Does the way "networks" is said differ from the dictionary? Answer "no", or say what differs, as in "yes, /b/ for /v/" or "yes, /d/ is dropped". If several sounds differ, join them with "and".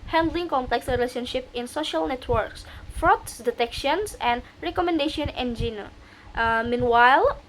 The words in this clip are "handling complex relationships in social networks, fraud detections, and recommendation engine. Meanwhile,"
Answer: no